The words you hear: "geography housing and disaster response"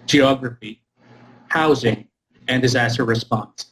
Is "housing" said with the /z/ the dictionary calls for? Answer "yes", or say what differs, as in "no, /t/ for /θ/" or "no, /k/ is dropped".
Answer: yes